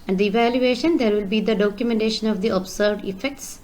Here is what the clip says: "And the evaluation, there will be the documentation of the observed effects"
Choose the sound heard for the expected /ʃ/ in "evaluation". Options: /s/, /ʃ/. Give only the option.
/ʃ/